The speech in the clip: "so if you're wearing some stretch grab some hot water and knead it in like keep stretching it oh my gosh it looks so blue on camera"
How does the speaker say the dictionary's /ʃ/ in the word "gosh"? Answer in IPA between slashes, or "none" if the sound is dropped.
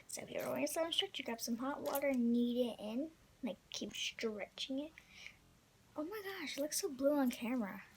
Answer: /ʃ/